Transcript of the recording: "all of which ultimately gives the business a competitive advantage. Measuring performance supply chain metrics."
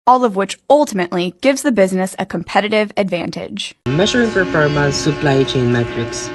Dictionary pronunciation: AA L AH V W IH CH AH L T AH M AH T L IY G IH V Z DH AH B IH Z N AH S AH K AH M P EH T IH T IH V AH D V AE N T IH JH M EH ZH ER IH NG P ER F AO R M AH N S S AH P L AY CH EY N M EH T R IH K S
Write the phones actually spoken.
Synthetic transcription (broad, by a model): AA L AH V W IH CH AH L T AH M AH T L IY G IH V Z DH AH B IH Z N AH S AH K AH M P EH T IH T IH V AH D V AE N T IH JH M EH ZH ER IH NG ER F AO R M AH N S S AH P L AY CH EY N M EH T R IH K S